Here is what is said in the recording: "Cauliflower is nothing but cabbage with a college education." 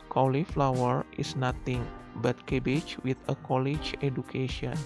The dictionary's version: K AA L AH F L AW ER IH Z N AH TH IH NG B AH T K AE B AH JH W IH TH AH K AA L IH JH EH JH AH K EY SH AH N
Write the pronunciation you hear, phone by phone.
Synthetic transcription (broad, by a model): K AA L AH F L AW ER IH S N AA T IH NG B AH T K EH B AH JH W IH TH AH K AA L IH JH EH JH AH K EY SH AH N